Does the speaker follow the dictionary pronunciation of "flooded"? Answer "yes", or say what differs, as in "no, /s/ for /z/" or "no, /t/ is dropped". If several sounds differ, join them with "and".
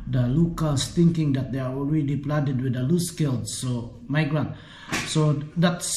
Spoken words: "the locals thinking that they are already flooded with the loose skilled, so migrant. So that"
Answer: no, /p/ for /f/